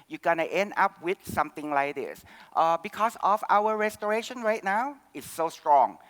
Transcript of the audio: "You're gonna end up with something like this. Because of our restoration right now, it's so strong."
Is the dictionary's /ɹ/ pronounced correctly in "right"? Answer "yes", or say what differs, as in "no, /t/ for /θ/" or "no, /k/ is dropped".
yes